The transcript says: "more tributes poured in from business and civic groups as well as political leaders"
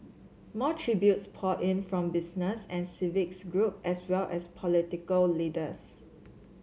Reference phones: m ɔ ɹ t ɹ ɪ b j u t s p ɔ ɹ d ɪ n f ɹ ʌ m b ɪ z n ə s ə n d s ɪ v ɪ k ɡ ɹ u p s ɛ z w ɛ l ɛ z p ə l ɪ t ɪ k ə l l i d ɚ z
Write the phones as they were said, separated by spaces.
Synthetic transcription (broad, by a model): m ɔ t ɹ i b j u t s p ɔ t ɪ n f ɹ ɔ m b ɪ s n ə s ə n s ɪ v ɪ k ɡ ɹ u p ɛ s w ɛ l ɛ s p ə l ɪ t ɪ k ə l l i d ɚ s